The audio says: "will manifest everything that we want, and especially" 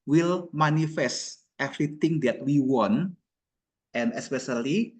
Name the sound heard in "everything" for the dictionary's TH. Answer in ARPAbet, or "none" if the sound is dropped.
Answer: T